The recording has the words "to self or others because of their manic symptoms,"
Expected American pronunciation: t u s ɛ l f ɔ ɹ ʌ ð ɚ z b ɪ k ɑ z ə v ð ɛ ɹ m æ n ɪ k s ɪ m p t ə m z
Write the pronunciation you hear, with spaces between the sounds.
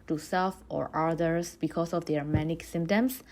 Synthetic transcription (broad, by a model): t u s ɛ l f ɔ ɹ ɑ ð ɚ s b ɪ k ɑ s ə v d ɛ ɹ m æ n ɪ k s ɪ m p t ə m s